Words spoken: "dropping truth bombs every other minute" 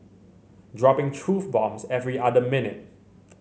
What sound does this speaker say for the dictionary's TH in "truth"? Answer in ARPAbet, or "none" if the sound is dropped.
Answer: F